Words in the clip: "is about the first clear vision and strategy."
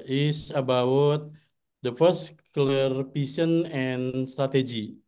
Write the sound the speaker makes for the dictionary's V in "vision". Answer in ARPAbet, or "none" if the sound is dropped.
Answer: P